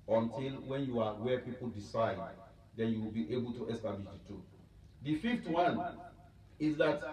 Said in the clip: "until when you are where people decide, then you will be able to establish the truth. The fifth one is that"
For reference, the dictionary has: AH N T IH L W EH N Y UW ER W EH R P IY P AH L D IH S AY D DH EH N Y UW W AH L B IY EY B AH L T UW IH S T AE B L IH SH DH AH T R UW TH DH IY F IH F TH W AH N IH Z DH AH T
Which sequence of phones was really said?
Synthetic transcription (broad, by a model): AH N T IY L W EH N Y UW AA W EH P IY P AH L D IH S AY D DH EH N Y UW W AH L B IY EY B AH L T UW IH S T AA B L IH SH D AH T UW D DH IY F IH F T W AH N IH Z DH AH T